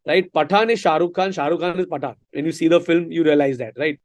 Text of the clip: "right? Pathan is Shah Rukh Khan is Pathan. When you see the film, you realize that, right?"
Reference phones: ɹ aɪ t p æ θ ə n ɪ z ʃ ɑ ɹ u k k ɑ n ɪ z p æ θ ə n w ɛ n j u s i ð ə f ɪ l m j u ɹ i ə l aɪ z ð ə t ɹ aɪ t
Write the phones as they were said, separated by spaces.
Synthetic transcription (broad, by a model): ɹ aɪ t p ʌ t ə n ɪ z ʃ ɑ ɹ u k k ɑ n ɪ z p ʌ t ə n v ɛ n j u s i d ə f ɪ l m j u ɹ i ə l aɪ z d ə t ɹ aɪ t